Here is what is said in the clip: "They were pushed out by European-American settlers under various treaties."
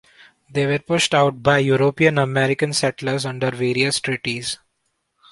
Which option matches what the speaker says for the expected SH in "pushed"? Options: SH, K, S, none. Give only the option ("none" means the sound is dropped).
SH